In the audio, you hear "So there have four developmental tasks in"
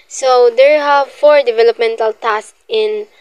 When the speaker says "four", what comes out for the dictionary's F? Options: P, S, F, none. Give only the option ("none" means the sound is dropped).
F